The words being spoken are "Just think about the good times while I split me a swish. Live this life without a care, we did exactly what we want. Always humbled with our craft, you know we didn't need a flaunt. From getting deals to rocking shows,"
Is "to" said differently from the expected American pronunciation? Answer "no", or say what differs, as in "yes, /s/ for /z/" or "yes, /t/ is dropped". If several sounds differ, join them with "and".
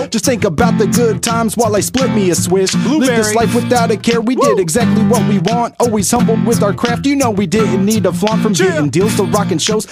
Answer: yes, /s/ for /t/